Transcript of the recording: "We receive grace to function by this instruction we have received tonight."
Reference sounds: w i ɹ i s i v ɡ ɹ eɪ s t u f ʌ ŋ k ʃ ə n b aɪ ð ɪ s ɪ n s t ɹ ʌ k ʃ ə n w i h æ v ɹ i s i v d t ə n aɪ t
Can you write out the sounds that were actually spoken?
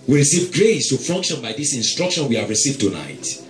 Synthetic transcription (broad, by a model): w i ɹ i s i v ɡ ɹ eɪ s t u f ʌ ŋ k ʃ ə n b aɪ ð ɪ s ɪ n s t ɹ ʌ k ʃ ə n w i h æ v ɹ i s i v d t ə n aɪ t